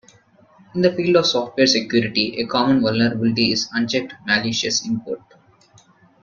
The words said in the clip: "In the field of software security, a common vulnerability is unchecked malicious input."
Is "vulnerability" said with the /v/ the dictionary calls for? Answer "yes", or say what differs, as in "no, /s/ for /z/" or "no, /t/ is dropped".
yes